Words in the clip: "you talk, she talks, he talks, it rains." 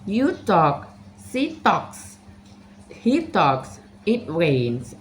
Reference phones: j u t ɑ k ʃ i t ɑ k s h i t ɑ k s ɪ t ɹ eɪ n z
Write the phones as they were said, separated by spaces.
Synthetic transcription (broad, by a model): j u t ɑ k s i t ɑ k s h i t ɑ k s ɪ t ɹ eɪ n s